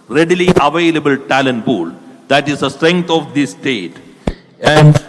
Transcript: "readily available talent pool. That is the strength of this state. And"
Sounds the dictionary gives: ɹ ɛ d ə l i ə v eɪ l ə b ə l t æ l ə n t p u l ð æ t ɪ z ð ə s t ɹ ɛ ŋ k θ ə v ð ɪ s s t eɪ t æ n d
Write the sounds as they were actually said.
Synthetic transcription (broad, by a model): ɹ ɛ d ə l i ə v eɪ l ə b ə l t æ l ə n t b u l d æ t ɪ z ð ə s t ɹ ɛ ŋ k t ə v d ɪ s s t eɪ t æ n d